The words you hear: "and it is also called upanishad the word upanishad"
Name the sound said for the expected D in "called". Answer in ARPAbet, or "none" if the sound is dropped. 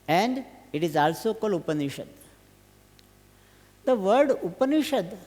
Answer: none